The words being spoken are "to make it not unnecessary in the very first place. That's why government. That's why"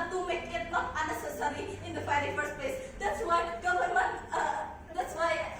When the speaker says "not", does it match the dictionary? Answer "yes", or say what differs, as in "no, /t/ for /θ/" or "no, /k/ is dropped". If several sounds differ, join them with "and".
no, /l/ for /n/